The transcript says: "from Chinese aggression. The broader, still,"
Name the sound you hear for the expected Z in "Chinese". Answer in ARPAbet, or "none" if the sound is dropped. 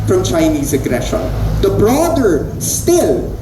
Z